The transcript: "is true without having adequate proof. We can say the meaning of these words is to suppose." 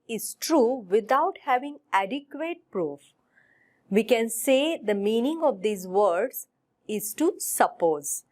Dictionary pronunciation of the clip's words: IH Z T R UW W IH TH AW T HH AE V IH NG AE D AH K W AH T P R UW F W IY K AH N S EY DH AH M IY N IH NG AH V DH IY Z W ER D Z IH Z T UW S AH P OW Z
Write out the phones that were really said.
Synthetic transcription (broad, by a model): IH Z T R UW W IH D AW T HH AE V IH NG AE D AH K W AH T P R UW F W IY K AH N S EY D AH M IY N IH NG AH V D IY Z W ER D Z IH Z T UW S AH P OW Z